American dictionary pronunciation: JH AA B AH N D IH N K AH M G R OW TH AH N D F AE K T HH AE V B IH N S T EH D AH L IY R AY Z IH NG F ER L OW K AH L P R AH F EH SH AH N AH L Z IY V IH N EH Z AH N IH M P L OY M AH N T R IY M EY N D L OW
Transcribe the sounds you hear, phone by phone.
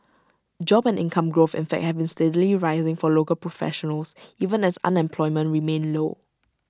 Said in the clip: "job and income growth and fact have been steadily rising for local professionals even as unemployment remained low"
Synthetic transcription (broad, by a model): JH AA B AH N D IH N K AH M G R OW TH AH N F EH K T HH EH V B IH N S T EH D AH L IY R AY Z IH NG F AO L OW K AH L P R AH F EH SH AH N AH L S IY V IH N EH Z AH N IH M P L OY M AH N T R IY M EY N L OW